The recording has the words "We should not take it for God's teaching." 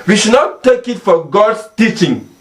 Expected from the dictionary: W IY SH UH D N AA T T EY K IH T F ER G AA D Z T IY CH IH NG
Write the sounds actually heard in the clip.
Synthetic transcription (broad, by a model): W IY SH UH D N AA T T EY K IH T F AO G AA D S T IY CH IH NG